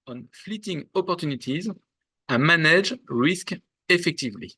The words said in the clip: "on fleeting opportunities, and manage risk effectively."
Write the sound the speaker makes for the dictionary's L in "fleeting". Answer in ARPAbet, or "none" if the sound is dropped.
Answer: L